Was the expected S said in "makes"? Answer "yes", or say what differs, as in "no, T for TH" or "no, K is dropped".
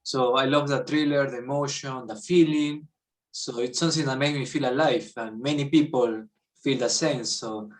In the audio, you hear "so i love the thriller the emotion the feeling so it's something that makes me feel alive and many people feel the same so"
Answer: no, S is dropped